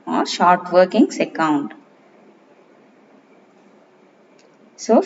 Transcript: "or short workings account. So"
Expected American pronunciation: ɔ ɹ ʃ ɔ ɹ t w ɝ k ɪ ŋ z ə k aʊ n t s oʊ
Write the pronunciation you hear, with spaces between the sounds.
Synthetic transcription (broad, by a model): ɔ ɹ ʃ ɔ ɹ t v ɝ k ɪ ŋ s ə k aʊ n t s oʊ